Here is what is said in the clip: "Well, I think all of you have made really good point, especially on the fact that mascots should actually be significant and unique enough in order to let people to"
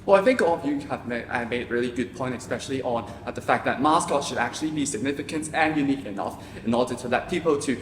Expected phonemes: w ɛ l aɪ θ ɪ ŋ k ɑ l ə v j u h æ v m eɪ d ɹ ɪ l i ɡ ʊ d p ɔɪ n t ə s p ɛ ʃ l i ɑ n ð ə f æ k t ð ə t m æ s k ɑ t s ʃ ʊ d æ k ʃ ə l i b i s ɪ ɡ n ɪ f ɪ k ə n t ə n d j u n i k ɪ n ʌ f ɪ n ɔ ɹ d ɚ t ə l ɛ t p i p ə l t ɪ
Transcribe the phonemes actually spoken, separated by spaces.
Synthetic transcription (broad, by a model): w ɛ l aɪ θ ɪ ŋ k ɑ l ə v j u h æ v m eɪ d ɹ ɪ l i ɡ ʊ d p ɔɪ n t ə s p ɛ ʃ l i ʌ n ð ə f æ k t ð ə t m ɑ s k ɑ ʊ ʃ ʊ d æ k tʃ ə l i b i s ɪ ɡ n ɪ f ɪ k ə n t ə n j u n i k ɪ n ʌ f ɪ n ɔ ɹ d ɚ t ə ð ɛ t p i p l t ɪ